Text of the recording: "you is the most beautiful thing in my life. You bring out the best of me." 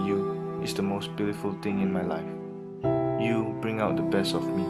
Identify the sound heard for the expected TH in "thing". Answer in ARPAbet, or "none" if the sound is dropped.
T